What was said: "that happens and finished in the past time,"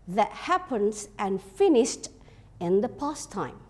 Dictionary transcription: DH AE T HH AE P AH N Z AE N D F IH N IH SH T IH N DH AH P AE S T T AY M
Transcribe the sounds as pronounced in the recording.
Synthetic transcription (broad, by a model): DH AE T HH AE P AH N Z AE N D F IH N IH SH T IH N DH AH P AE S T T AY M